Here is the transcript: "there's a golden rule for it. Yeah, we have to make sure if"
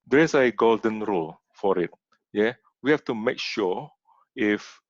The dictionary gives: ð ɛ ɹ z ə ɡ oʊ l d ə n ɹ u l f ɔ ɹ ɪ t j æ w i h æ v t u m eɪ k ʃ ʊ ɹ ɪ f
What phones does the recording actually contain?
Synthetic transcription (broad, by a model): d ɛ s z ə ɡ oʊ l d ə n ɹ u l f ɔ ɹ ɪ t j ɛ w i h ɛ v t u m eɪ k ʃ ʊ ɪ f